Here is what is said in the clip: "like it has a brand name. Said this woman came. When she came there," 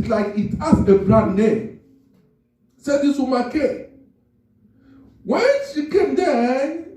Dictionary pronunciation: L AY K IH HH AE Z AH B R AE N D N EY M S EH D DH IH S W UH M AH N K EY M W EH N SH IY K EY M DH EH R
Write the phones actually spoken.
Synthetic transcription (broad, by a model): L AY K IH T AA S AH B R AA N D N EY M S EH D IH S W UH M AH K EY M W EH N SH IY K EY M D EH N